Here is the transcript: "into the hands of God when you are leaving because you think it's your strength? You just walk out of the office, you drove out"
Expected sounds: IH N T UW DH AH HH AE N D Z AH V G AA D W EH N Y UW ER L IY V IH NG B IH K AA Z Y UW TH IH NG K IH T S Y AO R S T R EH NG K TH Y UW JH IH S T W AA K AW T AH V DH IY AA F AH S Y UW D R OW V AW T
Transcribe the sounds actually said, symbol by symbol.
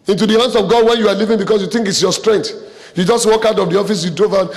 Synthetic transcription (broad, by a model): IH N T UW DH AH HH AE N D S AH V G AA D W EH N Y UW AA L IY V IH NG B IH K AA S Y UW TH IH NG K IH T S Y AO S T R EH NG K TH Y UW JH IH S T W AA K AW T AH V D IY AA F AH S Y UW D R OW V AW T